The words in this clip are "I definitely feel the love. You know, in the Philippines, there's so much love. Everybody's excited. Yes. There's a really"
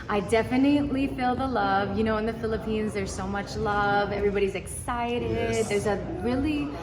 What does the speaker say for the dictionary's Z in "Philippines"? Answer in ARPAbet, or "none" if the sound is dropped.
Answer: Z